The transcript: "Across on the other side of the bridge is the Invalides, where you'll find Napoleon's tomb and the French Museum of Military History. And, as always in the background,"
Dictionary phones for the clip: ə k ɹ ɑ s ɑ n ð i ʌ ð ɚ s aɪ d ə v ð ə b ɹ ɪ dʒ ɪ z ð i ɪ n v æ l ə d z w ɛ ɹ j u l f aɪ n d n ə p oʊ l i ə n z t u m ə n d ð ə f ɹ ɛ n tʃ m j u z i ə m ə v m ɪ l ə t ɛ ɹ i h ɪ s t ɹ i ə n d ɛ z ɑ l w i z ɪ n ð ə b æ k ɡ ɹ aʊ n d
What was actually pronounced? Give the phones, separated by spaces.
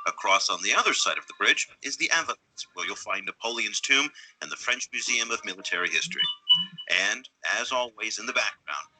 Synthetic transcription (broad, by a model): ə k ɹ ɑ s n ð i ʌ ð ɚ s aɪ d ə v ð ə b ɹ ɪ dʒ ɪ z ð i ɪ v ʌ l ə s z w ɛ ɹ j u l f aɪ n n ə p oʊ l i ə n z t u m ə n ð ə f ɹ ɛ n tʃ m j u z i ə m ə v m ɪ l ə t ɛ ɹ i h ɪ s t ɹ i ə n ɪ z ɑ l w i z ɪ n ð ə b æ k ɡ ɹ aʊ n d